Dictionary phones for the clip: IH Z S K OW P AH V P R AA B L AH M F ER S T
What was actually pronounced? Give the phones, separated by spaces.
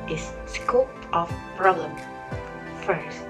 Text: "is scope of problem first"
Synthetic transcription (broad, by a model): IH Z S K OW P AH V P R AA L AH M F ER S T